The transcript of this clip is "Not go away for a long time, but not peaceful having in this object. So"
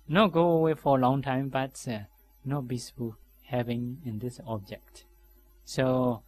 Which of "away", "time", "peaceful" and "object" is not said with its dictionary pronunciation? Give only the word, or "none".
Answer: peaceful